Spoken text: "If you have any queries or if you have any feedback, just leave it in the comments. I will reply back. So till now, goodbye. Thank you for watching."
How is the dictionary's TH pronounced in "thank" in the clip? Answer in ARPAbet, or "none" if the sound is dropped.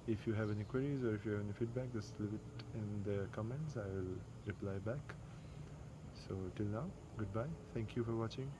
T